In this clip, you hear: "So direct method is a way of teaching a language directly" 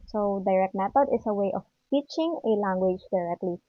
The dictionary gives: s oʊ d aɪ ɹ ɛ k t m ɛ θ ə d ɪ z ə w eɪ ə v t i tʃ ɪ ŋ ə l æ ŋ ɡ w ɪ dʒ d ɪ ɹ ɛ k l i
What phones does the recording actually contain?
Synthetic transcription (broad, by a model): s oʊ d aɪ ɹ ɛ k t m ɛ t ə d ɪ s ə w eɪ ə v t i tʃ ɪ ŋ ə l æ ŋ ɡ w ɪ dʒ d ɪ ɹ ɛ k l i